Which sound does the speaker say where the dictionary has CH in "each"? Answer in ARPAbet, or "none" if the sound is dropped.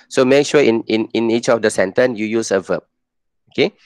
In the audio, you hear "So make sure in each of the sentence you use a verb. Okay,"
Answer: CH